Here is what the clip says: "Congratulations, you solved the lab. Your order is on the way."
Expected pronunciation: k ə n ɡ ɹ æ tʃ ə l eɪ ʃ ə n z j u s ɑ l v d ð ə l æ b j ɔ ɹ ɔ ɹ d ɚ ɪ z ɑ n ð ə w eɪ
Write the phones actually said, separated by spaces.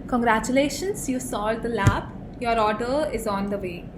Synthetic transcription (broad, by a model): k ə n ɡ ɹ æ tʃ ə l eɪ ʃ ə n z j u s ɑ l d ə l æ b j ɔ ɹ ɔ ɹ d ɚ ɪ z ɑ n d ə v eɪ